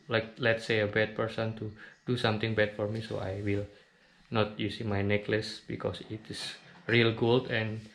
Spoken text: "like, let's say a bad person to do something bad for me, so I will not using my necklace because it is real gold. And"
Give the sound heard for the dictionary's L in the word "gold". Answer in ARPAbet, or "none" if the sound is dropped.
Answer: L